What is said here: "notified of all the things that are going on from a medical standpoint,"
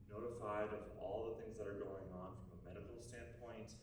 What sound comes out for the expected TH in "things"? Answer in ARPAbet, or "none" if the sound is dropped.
TH